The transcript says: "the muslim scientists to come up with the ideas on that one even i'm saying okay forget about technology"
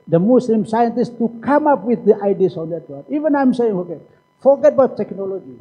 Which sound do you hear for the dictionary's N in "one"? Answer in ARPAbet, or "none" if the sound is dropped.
none